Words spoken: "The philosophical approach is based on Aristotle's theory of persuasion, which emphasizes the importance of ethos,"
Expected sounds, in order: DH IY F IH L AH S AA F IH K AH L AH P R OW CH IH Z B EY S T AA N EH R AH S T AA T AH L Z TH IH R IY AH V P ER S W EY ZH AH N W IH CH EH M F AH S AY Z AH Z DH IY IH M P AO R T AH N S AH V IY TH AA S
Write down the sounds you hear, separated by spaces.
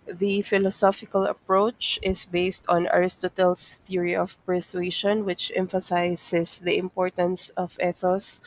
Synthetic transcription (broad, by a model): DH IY F IH L AH S AA F IH K AH L AH P R OW CH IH S B EY S T AA N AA R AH S T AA T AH L S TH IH R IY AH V P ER S W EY SH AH N W IH CH EH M F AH S AY S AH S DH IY IH M P AO R T AH N S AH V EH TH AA S